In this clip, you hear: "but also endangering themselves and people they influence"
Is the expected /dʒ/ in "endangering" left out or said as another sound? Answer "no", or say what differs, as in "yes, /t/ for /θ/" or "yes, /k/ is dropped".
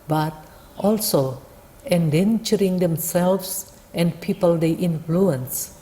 yes, /tʃ/ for /dʒ/